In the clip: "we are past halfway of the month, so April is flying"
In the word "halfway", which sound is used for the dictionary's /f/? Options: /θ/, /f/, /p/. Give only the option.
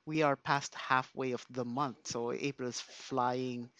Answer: /f/